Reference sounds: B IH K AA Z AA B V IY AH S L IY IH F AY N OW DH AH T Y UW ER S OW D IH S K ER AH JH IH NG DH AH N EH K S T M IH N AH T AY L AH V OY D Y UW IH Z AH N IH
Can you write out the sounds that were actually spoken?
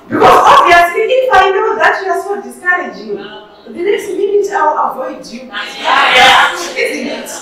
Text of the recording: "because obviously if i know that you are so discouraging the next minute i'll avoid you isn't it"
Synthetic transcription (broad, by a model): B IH K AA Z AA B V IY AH S L IY IH F AY N OW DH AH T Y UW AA S OW D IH S K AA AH JH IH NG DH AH N EH K S T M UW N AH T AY W AH V OY D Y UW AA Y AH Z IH